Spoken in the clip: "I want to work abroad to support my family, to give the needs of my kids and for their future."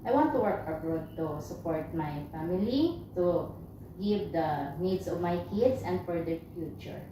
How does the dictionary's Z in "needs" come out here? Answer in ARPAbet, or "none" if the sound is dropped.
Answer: S